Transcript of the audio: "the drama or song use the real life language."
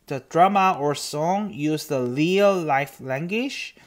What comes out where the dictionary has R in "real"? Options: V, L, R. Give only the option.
L